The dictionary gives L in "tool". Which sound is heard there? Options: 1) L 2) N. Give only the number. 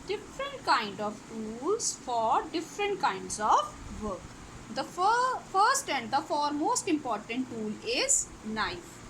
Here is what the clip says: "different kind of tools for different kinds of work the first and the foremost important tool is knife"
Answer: 1